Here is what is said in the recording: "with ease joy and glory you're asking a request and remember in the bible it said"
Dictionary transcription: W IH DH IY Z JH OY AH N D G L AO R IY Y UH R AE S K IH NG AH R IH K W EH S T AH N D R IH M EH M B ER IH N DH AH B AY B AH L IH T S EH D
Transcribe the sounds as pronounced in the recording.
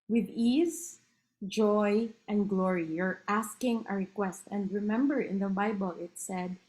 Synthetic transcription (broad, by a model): W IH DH IY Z JH OY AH N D G L AO R IY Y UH R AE S K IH NG AH R IH K W EH S T AH N D R IH M EH M B ER IH N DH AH B AY B AH L IH T S EH D